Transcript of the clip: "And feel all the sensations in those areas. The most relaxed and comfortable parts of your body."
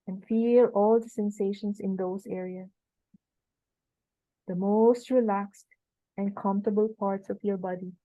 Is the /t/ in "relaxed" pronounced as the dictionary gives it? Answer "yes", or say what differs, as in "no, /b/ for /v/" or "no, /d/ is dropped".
yes